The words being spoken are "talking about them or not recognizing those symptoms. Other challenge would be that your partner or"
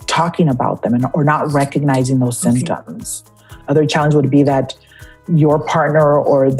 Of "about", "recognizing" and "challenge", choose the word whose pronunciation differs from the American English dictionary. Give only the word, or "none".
none